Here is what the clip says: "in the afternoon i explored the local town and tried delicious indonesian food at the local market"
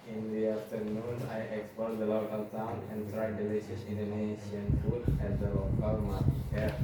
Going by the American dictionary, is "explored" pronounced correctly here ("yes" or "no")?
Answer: no